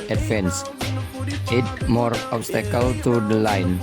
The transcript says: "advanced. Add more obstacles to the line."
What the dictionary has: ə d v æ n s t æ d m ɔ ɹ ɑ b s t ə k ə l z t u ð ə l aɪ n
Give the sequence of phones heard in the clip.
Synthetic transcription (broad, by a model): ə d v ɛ n s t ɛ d m ɔ ɹ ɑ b s t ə k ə l t u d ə l aɪ n